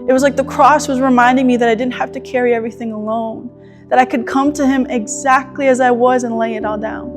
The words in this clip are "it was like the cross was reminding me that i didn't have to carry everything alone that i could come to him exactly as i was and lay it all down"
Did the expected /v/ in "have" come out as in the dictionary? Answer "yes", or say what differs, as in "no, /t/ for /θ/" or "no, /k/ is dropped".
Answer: no, /f/ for /v/